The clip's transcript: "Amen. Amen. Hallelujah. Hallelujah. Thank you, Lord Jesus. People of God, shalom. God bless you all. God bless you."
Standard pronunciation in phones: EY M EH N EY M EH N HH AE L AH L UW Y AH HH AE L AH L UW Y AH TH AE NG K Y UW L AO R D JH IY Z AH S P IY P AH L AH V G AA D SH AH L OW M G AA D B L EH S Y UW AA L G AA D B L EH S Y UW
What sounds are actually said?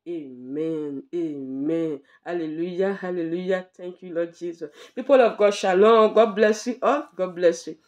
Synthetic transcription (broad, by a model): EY M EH N EY M EH N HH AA L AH L UW Y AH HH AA L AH L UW Y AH T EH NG K Y UW L AO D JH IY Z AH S P IY P AH L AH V G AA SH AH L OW G AA D B L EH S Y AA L G AA D B L EH S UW